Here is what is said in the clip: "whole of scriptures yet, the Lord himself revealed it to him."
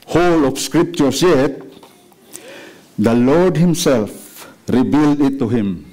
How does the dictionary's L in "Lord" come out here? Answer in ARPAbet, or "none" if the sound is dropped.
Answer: L